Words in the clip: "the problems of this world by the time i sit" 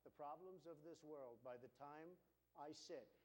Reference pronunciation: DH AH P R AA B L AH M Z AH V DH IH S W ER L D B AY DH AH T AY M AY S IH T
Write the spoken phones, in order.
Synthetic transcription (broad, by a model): DH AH P R AA B L AH M Z AH V DH IH S W ER L D B AY DH AH T AY M AY S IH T